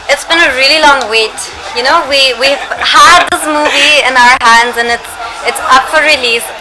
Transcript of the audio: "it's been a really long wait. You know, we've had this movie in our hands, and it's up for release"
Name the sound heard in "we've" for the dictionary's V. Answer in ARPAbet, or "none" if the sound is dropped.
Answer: W